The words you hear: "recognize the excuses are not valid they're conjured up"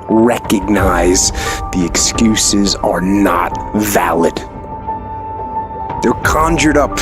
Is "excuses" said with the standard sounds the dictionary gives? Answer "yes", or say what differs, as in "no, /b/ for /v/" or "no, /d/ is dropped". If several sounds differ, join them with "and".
yes